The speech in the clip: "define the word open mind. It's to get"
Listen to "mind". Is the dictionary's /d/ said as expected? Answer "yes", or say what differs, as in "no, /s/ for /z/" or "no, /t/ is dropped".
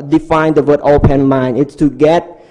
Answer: no, /d/ is dropped